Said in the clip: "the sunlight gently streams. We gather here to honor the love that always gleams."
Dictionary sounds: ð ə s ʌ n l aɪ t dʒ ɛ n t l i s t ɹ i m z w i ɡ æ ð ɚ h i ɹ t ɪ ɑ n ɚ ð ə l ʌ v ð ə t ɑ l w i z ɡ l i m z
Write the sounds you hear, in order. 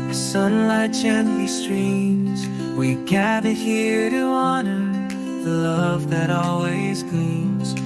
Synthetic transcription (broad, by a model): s ə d n l aɪ t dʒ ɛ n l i s t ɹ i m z w i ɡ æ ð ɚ h i ɹ t ɪ ɑ n ɚ ð ə l ʌ v ð ə t ɑ l w i z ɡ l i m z